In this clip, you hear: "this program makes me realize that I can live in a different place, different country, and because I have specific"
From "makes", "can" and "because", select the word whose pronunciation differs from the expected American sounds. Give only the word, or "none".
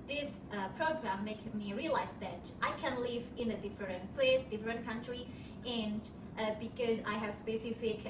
makes